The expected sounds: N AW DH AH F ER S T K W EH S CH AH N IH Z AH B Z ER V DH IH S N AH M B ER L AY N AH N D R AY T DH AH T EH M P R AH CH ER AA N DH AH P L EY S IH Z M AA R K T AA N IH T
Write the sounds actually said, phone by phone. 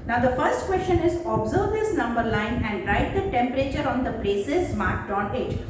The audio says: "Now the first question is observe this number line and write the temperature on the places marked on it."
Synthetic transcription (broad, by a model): N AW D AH F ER S T K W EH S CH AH N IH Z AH B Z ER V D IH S N AH M B ER L AY N AH N D R AY T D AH T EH M P R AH CH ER AA N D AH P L EY S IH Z M AA R K T AA N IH T